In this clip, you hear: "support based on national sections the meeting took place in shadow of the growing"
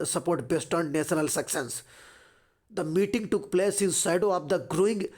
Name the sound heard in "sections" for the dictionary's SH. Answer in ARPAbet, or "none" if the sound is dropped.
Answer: S